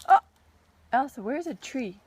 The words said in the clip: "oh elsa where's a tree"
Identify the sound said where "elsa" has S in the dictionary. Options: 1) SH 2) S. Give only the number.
2